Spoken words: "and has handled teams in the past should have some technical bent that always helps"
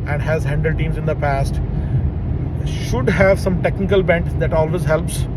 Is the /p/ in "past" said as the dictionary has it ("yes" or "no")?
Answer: yes